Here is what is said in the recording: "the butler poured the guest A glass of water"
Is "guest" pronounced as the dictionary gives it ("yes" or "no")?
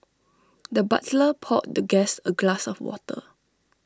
no